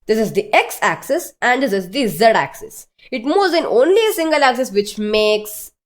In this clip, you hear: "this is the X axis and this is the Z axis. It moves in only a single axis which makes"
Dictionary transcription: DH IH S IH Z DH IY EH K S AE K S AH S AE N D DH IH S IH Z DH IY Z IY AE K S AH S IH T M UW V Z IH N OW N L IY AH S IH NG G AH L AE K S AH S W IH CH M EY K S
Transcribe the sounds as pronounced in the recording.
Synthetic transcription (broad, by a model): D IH S IH Z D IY EH K S AE K S AH S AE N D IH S IH Z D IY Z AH AE K S AH S IH T M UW Z IH N OW N L IY AH S IH NG G AH L AE K S AH S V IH CH M EY K S